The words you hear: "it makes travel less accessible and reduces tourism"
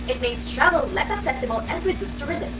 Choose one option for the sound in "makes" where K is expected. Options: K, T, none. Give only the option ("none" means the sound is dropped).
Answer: none